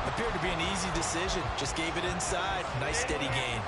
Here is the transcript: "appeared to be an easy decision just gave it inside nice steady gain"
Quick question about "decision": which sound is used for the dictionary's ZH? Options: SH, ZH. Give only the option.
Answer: ZH